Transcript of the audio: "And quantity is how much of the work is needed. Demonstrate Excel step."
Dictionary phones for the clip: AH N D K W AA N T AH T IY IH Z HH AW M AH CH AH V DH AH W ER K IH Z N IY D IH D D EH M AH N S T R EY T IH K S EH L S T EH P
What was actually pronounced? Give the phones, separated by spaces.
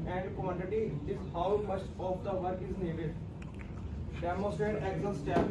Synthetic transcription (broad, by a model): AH N D K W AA N T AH T IY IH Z HH AW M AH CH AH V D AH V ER K IH Z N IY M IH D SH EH M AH S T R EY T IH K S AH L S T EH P